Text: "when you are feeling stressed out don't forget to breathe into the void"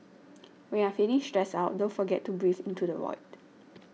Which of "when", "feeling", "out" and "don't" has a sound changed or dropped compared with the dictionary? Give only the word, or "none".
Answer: feeling